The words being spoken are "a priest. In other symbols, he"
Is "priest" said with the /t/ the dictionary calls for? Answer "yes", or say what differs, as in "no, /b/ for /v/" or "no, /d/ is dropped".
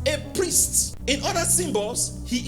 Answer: yes